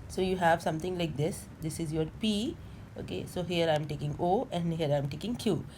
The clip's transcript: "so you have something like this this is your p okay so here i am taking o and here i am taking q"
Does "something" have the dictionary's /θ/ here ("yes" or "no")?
no